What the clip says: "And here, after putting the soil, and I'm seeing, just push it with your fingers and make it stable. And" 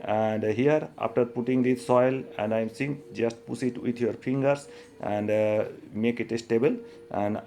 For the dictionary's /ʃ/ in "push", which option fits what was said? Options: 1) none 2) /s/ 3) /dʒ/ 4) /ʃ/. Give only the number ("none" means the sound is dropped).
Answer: 2